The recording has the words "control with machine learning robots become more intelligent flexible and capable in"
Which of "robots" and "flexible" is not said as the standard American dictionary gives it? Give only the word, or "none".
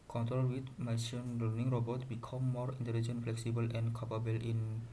robots